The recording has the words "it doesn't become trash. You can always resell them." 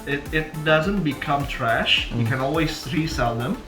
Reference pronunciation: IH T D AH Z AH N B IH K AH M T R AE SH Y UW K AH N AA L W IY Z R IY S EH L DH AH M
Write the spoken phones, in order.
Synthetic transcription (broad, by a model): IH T D AH Z AH N B IH K AH M T R AE SH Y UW K AH N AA L W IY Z R IY S EH L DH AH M